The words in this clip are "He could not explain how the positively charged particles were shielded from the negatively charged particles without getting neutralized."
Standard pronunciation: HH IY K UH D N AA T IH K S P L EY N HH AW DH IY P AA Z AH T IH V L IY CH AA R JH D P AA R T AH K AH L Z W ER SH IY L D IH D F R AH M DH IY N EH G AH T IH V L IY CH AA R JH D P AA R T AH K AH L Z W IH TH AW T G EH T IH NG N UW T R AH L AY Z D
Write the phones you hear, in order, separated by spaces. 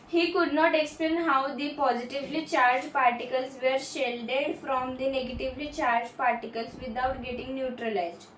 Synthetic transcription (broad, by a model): HH IY K UH D N AA T IH K S P L EY N HH AW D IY P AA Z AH T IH V L IY CH AA R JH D P AA R T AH K AH L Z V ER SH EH L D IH D F R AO M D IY N EH G AH T IH V L IY CH AA R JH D P AA R T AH K AH L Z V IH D AW T G EH T IH NG N UW T R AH L AY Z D